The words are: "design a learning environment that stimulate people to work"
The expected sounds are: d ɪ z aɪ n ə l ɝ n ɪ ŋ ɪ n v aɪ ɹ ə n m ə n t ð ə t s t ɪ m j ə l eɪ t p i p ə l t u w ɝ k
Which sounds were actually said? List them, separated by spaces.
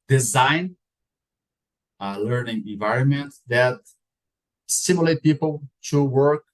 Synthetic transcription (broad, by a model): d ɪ z aɪ n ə l ɝ n ɪ ŋ ɪ n v aɪ ɹ ə n m ə n t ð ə t s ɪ m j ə l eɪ t p i p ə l t u w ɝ k